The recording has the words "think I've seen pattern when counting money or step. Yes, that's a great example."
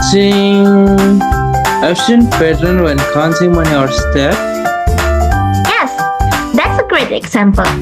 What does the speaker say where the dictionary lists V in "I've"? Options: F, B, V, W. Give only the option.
F